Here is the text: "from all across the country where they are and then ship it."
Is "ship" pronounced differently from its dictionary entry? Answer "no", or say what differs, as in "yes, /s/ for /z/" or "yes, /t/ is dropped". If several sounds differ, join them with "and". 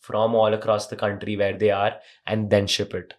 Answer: no